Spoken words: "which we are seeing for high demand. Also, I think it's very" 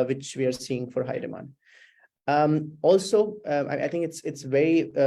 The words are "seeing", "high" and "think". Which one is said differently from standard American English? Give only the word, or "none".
think